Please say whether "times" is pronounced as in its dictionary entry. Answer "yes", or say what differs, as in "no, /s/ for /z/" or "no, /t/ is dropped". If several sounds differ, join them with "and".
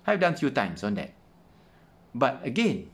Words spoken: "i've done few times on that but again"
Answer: no, /s/ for /z/